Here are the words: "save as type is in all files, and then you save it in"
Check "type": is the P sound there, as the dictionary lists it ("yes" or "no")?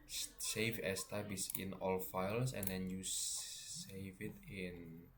no